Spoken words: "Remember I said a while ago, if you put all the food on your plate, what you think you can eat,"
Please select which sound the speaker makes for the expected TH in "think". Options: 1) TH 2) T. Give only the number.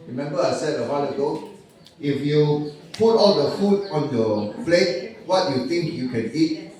2